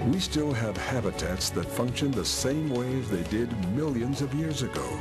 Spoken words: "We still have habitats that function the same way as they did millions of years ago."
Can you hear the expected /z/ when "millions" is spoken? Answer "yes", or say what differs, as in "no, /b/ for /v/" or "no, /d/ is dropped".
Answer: yes